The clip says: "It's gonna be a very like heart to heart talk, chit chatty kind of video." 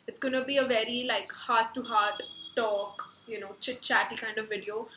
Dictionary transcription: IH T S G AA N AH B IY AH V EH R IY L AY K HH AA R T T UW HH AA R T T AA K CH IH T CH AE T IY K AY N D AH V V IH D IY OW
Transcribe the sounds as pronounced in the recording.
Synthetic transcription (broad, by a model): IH T S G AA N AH B IY AH V EH R IY L AY K HH AA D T T UW HH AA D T T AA K CH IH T CH AE T IY K AY N D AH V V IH D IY OW